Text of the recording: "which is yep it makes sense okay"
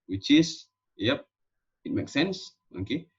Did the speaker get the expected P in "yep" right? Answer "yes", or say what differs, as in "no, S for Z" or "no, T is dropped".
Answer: yes